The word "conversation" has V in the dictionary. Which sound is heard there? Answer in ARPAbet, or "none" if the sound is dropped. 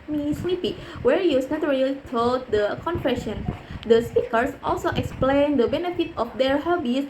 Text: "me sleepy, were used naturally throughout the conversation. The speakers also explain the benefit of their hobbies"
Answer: F